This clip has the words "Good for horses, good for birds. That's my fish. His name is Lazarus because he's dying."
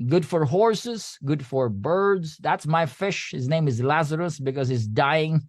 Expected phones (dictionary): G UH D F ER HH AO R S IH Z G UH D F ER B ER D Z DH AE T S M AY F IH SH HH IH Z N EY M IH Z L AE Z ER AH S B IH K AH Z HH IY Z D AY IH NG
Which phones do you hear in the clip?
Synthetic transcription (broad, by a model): G UH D F ER HH AO R S IH Z G UH D F ER B ER D Z DH AE T S M AY F IH SH HH IH Z N EY M IH Z L AE Z ER AH S B IH K AH Z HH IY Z D AY IH NG